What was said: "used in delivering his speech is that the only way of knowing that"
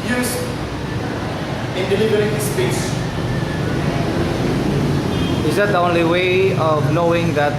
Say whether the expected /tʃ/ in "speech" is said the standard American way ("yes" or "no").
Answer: no